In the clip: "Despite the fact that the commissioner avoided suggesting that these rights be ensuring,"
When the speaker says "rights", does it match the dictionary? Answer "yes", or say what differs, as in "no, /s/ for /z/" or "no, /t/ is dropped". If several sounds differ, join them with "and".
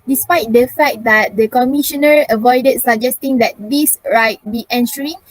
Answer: no, /s/ is dropped